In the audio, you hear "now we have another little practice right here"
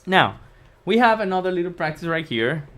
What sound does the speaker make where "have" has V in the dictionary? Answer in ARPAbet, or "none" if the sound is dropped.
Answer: V